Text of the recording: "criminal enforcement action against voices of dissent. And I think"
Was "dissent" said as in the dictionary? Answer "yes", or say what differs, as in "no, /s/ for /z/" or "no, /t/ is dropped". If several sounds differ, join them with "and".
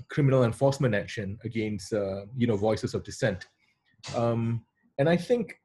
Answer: yes